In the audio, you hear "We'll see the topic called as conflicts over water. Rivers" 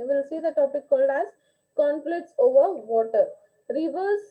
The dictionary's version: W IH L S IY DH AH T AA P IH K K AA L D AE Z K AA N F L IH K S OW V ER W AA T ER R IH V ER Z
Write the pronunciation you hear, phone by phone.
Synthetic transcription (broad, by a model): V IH L S IY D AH T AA P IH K K AA L D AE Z K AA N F L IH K S OW V ER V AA T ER R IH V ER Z